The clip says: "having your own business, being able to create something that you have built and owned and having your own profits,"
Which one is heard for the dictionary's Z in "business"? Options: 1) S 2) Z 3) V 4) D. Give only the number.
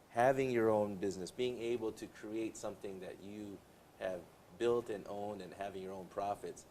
2